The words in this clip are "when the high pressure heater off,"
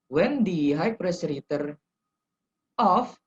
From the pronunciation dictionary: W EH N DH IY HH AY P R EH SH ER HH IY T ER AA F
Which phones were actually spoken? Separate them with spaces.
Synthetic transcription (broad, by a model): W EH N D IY HH AY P R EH S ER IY T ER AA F